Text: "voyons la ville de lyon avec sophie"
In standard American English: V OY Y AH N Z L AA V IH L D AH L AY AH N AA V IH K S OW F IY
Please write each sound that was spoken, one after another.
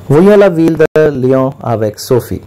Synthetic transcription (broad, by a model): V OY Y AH L AA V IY L D AH L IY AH AA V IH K S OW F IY